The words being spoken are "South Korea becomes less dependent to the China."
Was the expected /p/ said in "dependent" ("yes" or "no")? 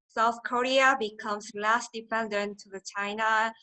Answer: no